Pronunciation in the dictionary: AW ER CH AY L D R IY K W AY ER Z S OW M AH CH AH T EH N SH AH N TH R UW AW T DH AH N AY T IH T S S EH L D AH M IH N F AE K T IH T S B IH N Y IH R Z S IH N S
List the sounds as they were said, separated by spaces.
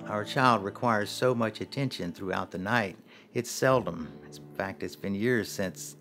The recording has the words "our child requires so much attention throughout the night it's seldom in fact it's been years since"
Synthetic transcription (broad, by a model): AW ER CH AY L D R IY K W AY ER Z S OW M AH CH AH T EH N SH AH N TH R UW AW T DH AH N AY T IH T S S EH L D AH M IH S F AE K T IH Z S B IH N Y IH R Z S IH N S